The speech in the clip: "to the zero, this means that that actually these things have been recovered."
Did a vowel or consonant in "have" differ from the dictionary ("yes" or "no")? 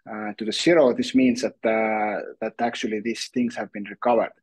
no